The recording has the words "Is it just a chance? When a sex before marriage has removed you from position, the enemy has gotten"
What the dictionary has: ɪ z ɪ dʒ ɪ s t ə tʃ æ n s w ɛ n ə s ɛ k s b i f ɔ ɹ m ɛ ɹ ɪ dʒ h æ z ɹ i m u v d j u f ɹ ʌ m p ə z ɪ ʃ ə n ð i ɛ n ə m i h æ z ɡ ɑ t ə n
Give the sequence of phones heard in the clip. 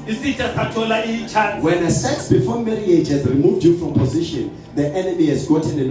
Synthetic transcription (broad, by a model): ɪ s ɪ tʃ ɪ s t ə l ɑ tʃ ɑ w ɛ n ə s ɛ k s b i f ɔ m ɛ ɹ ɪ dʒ h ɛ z ɹ i m u v d j u f ɹ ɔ m p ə z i ʃ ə n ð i ɛ n ə m i h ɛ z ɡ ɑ t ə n